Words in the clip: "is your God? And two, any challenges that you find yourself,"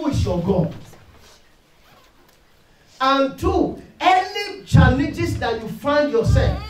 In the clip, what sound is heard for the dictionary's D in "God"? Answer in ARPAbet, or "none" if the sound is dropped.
none